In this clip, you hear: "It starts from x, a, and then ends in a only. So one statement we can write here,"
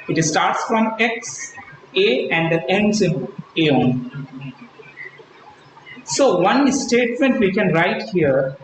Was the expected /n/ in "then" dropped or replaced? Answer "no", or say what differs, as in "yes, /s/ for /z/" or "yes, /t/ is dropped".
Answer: yes, /n/ is dropped